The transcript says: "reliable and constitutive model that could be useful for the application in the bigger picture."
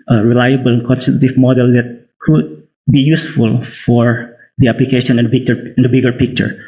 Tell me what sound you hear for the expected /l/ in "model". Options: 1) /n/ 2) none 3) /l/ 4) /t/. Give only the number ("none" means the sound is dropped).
3